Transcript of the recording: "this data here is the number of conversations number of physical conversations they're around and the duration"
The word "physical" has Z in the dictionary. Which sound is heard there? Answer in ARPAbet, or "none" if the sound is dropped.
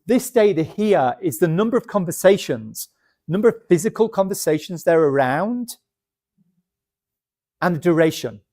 Z